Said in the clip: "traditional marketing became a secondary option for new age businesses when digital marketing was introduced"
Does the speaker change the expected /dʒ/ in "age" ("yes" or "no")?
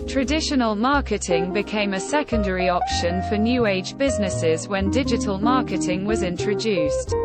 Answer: no